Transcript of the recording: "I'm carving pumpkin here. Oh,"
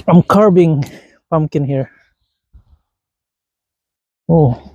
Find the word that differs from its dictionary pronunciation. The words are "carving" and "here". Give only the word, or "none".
carving